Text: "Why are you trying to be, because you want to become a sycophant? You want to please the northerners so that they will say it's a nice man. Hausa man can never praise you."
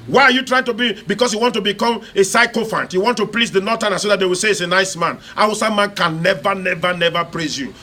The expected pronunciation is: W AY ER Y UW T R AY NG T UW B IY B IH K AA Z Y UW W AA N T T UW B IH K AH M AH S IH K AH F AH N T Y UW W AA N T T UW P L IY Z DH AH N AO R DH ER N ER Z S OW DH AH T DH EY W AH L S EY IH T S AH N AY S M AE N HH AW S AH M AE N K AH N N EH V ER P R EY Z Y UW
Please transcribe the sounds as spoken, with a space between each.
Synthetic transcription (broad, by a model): W AY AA Y UW T R AY NG T UW B IY B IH K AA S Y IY W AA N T T UW B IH K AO M AH S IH K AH F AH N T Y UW W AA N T T UW P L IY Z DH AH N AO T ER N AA S OW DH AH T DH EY W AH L S EY IH T S AH N AY S M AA N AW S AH M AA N K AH N N EH V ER P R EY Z Y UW